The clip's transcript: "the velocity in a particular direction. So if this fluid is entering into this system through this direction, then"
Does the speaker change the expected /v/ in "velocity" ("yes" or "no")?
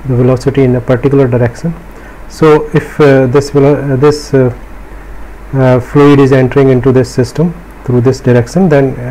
no